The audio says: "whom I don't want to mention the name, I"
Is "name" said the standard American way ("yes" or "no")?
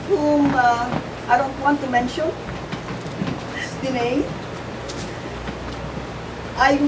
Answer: no